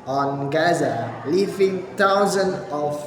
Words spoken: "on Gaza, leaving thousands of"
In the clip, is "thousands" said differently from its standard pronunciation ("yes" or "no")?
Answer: yes